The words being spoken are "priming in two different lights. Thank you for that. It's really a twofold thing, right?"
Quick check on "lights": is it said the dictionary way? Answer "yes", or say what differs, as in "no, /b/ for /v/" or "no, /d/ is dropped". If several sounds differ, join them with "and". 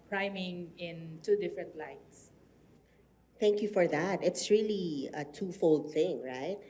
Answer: yes